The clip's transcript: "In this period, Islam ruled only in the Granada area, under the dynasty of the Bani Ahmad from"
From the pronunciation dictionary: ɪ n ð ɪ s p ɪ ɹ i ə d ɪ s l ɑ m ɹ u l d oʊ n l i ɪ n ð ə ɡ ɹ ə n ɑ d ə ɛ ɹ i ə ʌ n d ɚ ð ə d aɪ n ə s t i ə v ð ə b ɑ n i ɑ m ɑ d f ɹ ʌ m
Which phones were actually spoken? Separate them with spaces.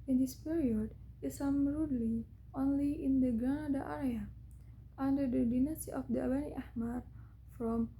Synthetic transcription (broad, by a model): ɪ n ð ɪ s p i ɹ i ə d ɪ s ɑ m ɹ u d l oʊ n l i ɪ n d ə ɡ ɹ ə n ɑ d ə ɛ ɹ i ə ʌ n d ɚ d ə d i n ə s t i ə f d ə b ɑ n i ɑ m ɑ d f ɹ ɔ m